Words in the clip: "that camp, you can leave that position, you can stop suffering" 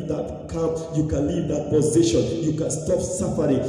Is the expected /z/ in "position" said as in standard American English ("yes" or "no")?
yes